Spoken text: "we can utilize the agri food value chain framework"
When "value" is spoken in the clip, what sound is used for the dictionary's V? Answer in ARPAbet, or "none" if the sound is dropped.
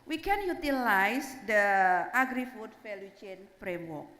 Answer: F